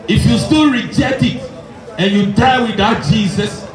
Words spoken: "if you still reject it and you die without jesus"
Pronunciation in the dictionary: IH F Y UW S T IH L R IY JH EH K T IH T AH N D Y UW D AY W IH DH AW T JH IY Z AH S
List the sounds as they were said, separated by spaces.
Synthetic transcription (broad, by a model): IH F Y UW S T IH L R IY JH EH T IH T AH N Y UW D AY W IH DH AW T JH IY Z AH S